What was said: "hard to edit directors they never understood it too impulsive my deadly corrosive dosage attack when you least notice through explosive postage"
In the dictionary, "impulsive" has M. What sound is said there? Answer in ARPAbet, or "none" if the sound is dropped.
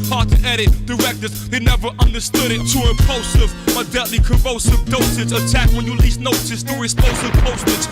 none